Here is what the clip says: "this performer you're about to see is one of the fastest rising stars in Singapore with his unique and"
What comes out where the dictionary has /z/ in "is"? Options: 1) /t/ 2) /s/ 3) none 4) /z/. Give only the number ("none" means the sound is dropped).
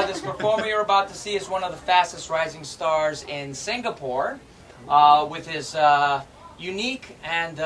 4